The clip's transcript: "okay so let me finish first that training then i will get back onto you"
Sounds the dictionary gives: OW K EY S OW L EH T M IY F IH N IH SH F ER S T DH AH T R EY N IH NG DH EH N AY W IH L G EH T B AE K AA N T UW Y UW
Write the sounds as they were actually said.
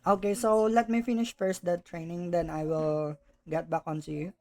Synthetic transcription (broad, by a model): OW K EY S OW L EH T M IY F IH N IH SH F ER S T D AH T R EY N IH NG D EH N AY W IH L G EH T B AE K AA N S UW Y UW